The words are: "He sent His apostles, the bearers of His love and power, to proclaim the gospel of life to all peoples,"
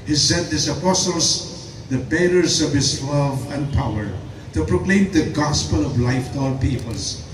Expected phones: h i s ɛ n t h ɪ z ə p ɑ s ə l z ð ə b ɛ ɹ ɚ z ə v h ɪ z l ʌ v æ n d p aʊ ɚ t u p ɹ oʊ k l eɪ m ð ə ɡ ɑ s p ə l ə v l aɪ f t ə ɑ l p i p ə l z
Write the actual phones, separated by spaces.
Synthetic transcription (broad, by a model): h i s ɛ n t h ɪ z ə p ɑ s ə l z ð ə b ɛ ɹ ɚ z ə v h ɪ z l ʌ v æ n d p aʊ ɚ t u p ɹ oʊ k l eɪ m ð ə ɡ ɑ s p ə l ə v l aɪ f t ɑ l p i p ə l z